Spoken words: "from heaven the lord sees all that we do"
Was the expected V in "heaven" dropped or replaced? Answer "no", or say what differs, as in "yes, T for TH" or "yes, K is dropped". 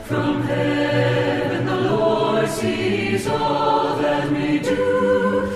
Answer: yes, B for V